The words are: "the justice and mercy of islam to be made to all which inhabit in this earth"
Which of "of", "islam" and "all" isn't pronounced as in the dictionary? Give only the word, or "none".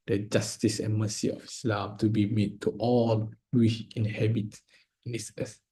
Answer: of